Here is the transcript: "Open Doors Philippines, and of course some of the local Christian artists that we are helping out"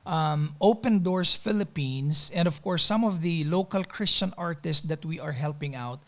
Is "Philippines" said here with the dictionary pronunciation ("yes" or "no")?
no